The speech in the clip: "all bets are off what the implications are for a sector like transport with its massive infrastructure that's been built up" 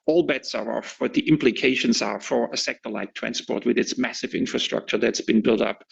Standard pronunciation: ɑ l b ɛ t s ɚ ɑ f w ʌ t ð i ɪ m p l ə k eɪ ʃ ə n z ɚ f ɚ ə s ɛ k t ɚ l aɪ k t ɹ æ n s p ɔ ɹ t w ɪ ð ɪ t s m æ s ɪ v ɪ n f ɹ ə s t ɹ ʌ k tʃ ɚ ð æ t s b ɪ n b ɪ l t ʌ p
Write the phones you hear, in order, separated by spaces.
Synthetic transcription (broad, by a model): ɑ l b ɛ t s ɚ ɑ f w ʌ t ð i ɪ m p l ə k eɪ ʃ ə n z ɚ f ɚ ə s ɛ k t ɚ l aɪ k t ɹ æ n s p ɔ ɹ t w ɪ ð ɪ t s m æ s ɪ v ɪ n f ɹ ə s t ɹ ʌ k tʃ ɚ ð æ t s b ɪ n b ɪ l t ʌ p